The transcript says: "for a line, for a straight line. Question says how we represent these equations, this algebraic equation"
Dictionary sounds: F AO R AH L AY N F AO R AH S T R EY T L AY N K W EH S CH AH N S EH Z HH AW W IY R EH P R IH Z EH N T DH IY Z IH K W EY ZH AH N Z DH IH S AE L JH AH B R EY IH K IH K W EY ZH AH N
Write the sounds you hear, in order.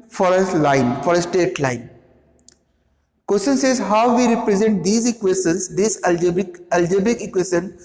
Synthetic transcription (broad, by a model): F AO R AH L AY N F AO R AH S T EY T L AY N K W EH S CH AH N S EH Z HH AW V IY R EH P R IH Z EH N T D IY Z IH K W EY S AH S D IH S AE L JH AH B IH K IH K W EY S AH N